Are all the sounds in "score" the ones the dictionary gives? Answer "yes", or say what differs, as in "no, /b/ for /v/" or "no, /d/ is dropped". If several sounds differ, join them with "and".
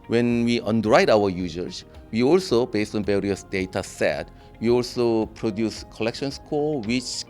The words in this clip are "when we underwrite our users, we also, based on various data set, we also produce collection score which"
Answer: no, /l/ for /ɹ/